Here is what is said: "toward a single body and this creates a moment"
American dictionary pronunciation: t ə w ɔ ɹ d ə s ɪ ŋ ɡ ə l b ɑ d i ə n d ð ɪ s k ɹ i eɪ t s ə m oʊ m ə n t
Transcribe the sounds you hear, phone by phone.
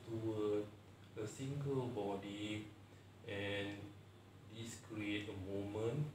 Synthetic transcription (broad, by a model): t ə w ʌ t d ə s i ŋ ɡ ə l b ɑ d i ə n d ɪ s k ɹ i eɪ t ə m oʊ m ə n